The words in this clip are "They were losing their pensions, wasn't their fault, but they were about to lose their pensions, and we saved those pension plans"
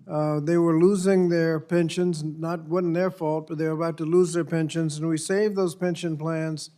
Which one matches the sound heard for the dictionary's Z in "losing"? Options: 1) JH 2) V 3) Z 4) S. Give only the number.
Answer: 3